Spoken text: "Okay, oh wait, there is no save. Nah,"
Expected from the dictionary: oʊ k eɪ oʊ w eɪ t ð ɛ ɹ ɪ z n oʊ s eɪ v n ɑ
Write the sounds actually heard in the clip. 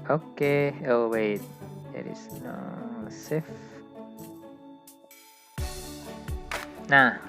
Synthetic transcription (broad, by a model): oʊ k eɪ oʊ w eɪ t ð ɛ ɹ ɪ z n oʊ s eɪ f n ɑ